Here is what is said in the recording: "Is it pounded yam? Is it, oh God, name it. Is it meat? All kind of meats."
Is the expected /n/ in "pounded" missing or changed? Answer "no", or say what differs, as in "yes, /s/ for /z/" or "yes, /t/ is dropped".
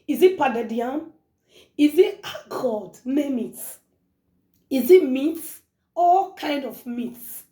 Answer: yes, /n/ is dropped